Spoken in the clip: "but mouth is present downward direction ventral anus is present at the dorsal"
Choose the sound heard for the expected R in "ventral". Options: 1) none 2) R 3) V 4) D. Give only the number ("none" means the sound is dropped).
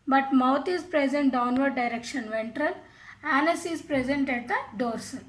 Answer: 2